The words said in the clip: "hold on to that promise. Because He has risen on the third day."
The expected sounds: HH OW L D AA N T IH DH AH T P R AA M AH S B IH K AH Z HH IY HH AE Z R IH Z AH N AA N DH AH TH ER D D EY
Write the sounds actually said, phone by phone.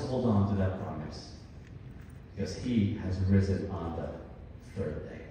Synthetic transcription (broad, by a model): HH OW L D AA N T IH DH AH T P R AA M AH S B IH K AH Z HH IY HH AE Z R IH Z AH N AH N DH AH TH ER D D EY